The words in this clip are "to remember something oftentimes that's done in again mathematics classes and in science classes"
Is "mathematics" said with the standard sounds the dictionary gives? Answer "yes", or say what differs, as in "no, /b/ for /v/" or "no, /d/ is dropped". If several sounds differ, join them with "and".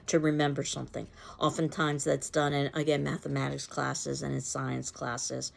yes